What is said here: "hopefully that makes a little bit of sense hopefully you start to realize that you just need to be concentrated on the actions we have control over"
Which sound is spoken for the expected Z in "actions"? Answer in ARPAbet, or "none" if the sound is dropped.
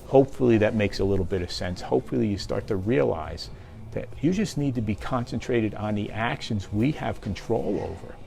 Z